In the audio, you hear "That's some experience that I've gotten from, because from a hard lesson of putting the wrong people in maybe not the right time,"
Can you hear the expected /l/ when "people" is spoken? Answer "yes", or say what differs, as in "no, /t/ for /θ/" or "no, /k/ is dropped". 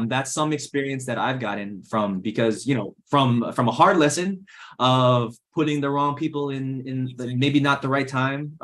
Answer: no, /n/ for /l/